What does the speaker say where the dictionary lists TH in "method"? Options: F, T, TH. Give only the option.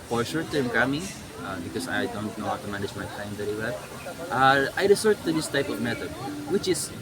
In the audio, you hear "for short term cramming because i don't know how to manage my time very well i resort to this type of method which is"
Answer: T